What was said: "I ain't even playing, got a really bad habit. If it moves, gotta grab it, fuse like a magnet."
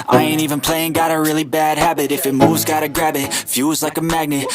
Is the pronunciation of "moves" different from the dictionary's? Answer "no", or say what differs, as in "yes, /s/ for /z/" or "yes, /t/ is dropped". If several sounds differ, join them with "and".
no